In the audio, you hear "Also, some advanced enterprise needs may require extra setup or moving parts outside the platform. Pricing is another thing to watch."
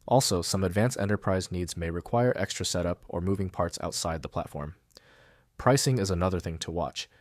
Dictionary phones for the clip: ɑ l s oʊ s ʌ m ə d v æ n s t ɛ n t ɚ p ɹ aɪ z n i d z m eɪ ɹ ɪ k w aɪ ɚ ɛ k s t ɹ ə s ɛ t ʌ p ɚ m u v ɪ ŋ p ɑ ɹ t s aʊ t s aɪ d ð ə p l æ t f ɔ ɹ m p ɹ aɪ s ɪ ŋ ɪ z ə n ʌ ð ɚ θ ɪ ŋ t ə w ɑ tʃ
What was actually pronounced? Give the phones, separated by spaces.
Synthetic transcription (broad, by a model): ɑ l s oʊ s ʌ m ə d v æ n s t ɛ n t ɚ p ɹ aɪ z n i d z m eɪ ɹ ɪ k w aɪ ɚ ɛ k s t ɹ ə s ɛ t ʌ p ɚ m u v ɪ ŋ p ɑ ɹ t s aʊ t s aɪ d ð ə p l æ t f ɔ ɹ m p ɹ aɪ s ɪ ŋ ɪ z ə n ʌ ð ɚ θ ɪ ŋ t ə w ɑ tʃ